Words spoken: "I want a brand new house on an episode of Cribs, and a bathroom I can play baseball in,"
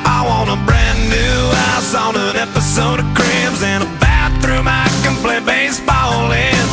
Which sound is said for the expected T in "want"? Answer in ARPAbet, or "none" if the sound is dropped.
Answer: none